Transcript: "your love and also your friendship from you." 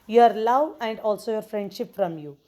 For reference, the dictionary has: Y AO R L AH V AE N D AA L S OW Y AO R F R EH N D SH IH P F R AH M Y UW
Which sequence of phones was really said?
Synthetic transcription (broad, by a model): Y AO R L AH V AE N D AA L S OW Y AO R F R EH N D SH IH P F R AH M Y UW